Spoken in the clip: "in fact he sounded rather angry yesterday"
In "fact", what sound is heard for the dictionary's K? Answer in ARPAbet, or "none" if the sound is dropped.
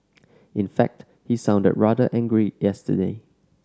K